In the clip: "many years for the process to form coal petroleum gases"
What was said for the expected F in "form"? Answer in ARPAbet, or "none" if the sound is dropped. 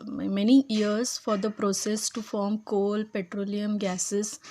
F